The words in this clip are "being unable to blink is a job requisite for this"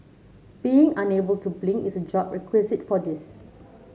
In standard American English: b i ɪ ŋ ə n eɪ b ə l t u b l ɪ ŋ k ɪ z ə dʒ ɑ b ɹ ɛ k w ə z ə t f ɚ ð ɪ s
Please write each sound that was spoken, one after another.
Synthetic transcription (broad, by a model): b i ɪ ŋ ə n eɪ b ə l t u b l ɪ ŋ ɪ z ə dʒ ɑ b ɹ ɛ k w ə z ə t f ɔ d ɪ s